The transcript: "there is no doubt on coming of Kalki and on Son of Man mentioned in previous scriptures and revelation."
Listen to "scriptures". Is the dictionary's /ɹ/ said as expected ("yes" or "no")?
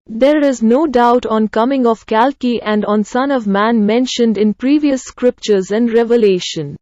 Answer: yes